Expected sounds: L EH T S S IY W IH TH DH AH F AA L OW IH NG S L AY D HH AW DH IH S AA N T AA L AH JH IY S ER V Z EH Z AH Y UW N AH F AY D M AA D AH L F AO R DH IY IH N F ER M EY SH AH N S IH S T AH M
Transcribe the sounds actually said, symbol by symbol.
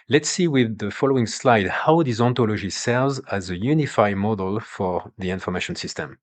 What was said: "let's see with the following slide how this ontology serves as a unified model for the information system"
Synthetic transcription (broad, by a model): L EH T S S IY W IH DH AH F AA L OW IH NG S L AY D HH AW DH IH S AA N T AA L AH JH IY S ER V Z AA Z AH Y UW N AH F AY D M AA D AH L F AO R DH IY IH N F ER M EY SH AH N S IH S T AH M